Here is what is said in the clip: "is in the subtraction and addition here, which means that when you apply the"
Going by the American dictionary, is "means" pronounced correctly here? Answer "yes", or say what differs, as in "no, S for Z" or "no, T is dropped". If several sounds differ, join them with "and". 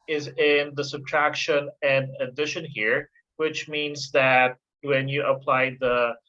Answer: yes